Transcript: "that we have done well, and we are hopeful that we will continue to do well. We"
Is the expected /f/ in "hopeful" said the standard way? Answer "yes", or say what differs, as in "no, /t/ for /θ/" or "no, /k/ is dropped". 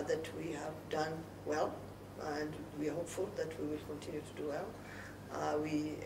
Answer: yes